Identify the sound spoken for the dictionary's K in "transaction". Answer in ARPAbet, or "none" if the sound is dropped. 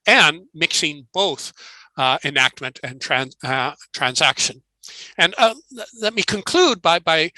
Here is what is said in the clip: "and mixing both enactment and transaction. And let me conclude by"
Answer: K